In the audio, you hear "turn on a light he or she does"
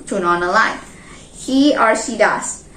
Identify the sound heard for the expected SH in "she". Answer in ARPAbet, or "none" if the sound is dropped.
S